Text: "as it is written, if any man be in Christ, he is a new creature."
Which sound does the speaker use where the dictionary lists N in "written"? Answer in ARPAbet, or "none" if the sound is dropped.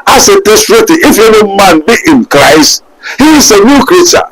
none